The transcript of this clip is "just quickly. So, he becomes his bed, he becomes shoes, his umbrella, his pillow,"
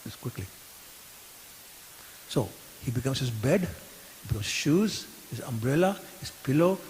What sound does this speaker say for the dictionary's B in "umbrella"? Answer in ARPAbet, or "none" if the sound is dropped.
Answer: B